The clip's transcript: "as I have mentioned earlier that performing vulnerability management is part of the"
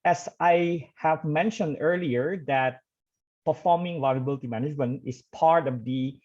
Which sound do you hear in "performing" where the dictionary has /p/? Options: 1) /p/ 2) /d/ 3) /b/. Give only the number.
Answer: 1